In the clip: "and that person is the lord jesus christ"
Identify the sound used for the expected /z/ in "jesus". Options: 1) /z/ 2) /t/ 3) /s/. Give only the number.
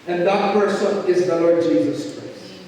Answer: 1